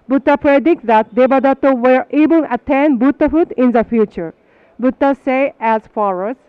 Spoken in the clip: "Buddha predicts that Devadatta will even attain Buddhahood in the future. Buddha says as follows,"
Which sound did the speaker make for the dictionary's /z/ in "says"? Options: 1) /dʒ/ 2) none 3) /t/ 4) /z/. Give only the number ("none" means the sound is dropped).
2